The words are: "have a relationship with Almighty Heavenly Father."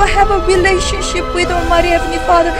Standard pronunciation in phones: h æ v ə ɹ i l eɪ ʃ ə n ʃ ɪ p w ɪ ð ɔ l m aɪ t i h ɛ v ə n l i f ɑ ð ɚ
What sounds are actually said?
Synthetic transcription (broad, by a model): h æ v ə ɹ i l eɪ ʃ ə n ʃ ɪ p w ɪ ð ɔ m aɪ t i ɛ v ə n i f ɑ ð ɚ